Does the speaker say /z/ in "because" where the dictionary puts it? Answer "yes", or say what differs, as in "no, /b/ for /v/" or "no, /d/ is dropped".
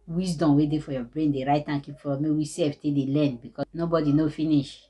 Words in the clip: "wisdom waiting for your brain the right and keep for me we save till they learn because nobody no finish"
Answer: no, /z/ is dropped